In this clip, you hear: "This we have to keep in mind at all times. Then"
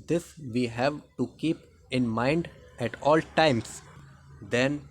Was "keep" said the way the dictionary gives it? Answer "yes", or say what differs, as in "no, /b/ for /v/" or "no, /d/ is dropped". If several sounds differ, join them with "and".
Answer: yes